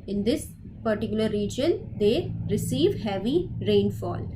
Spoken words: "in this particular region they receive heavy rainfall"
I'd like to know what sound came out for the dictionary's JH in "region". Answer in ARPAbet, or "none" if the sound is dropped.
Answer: JH